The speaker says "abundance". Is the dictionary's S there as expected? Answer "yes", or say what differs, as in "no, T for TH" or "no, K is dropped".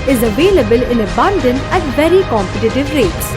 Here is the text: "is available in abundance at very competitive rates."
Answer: no, S is dropped